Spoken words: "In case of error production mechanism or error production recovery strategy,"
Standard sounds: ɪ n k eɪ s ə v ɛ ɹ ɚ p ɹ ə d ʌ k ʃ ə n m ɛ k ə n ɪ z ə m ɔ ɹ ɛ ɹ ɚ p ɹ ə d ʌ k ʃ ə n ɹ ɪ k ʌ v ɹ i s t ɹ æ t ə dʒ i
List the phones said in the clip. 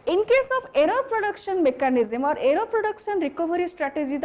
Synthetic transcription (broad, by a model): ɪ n k eɪ s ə p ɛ ɹ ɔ p ɹ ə d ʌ k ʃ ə n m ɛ k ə n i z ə m ɔ ɹ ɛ ɹ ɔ p ɹ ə d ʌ k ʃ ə n ɹ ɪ k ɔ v ɹ i s t ɹ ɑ t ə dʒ i